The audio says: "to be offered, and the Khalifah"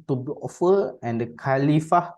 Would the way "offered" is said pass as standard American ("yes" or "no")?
no